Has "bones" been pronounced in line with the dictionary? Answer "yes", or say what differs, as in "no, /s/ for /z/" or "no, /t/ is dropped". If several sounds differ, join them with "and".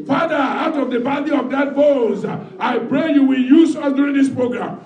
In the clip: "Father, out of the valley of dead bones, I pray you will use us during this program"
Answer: no, /n/ is dropped